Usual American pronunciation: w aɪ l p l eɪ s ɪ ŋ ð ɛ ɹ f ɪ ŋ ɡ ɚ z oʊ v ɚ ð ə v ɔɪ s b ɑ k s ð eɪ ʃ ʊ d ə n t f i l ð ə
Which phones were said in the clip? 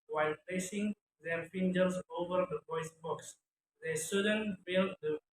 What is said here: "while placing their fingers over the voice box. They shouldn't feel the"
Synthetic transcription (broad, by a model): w aɪ l p l eɪ s ɪ ŋ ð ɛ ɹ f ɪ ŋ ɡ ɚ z oʊ v ɚ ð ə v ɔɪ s b ɑ k s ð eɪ s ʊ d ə n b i l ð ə